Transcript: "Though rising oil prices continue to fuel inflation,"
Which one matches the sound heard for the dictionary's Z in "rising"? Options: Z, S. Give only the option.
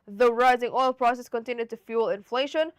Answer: Z